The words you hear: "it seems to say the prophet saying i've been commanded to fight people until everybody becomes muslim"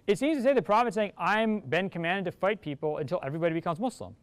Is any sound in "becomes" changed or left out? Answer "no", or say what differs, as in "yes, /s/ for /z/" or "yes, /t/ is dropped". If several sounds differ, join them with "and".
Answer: no